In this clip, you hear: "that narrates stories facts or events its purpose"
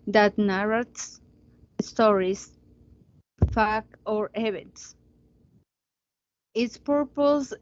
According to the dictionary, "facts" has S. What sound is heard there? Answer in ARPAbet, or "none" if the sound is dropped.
none